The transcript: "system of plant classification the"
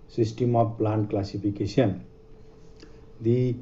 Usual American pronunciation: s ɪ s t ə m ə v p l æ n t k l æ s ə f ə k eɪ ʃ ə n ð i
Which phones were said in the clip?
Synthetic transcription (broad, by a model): s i s t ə m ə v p l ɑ n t k l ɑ s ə p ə k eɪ s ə n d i